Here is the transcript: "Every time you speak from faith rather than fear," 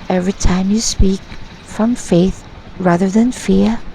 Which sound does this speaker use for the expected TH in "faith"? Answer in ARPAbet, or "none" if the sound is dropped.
TH